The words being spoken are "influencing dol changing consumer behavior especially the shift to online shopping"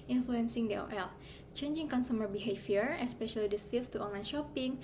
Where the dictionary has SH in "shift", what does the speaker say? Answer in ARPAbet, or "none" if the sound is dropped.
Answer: S